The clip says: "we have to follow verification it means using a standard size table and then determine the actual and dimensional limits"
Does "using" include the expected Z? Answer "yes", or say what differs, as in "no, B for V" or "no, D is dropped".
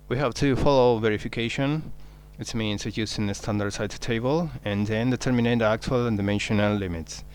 no, S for Z